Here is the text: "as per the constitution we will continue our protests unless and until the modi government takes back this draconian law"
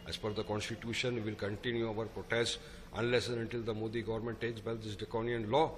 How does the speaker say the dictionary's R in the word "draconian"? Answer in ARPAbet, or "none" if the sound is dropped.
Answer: none